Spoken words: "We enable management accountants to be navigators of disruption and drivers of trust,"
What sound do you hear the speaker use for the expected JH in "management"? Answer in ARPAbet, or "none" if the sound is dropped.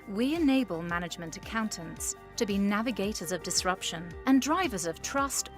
JH